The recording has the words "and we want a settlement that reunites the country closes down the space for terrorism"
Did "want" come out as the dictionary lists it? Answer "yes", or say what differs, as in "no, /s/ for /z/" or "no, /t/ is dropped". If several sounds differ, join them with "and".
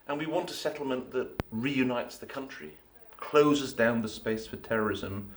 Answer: yes